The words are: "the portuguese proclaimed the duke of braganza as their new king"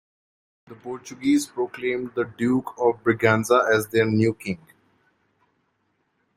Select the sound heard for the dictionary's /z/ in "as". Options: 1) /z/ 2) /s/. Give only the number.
1